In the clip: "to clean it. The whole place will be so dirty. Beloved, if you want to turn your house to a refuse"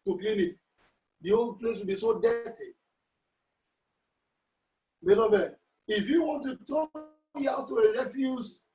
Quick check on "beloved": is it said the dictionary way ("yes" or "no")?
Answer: no